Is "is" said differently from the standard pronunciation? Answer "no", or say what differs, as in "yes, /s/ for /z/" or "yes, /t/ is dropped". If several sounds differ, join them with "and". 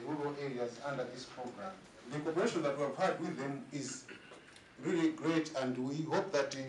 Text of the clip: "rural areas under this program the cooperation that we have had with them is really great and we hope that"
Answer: no